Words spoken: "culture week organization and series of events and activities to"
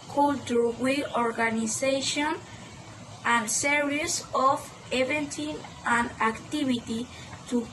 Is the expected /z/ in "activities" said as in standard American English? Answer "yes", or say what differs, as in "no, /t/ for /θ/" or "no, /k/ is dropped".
no, /z/ is dropped